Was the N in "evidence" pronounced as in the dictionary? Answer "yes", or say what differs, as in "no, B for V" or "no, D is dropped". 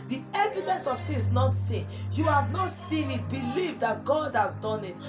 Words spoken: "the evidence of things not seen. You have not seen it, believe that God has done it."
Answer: no, N is dropped